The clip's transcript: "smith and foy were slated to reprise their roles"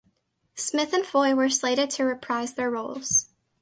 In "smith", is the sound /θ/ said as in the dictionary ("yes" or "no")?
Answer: yes